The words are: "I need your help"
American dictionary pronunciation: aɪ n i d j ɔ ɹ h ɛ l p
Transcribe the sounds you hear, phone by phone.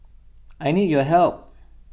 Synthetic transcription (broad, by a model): aɪ n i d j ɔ h ɛ l p